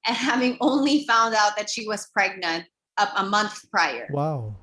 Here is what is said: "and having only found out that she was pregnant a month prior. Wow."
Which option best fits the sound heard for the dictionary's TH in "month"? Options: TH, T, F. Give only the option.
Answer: TH